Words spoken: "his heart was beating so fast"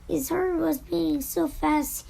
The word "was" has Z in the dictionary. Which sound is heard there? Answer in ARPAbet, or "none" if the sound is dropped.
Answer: Z